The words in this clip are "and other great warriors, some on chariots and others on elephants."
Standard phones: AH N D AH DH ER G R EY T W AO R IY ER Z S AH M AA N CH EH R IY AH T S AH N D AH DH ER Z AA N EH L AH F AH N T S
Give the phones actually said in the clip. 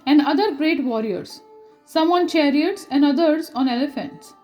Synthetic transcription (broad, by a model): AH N D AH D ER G R EY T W AO R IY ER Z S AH M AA N CH EH R IY AH T S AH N D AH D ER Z AA N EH L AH F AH N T S